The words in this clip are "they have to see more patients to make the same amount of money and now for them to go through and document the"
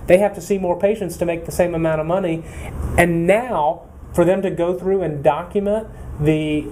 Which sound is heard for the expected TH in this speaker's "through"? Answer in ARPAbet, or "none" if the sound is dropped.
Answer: TH